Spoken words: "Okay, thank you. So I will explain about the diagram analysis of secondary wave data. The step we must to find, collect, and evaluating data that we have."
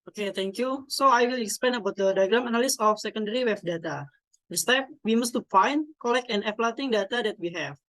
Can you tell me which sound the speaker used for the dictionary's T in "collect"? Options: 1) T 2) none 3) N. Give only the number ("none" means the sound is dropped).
2